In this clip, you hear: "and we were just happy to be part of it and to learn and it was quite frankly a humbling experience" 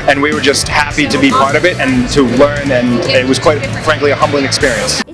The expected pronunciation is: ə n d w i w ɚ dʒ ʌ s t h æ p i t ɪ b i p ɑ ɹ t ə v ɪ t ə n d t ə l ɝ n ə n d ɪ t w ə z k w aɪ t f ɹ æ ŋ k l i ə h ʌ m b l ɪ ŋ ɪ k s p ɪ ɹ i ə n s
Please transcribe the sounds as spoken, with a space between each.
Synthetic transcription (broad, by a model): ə n w i w ɚ dʒ ʌ s t h æ p i t ɪ b i p ɑ ɹ t ə v ɪ t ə n t ə l ɝ n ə n ɪ t w ə z k w aɪ t f ɹ æ ŋ k l i ə h ʌ m b l ɪ ŋ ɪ k s p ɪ ɹ i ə n s